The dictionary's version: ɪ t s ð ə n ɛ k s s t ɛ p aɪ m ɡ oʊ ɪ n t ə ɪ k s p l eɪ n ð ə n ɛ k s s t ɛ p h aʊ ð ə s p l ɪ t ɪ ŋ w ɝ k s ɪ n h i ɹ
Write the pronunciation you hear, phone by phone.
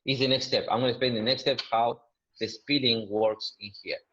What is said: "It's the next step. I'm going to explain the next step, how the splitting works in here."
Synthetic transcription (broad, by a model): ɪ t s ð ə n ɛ k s s t ɛ p aɪ m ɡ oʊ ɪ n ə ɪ s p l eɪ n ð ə n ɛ k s s t ɛ p h aʊ ð ə s p ɪ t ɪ ŋ w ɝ k s ɪ n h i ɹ